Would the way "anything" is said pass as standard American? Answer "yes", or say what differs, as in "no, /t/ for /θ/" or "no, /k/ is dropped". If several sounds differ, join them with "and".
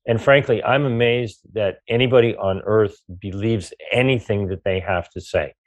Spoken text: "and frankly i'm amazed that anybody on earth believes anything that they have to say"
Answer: yes